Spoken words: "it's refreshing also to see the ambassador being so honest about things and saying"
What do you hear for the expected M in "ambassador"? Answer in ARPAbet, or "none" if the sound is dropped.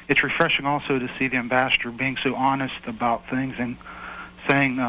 M